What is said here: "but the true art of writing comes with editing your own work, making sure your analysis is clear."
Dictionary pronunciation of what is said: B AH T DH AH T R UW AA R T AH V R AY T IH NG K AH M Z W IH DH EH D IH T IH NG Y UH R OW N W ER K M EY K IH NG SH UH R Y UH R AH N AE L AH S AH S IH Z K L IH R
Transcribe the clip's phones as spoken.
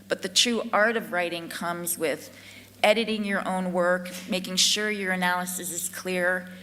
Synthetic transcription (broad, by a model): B AH T DH AH T R UW AA R T AH V R AY T IH NG K AH M Z W IH DH EH D IH T IH NG Y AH R OW N W ER K M EY K IH NG SH UH R Y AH R AH N AE L AH S AH S IH Z K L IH R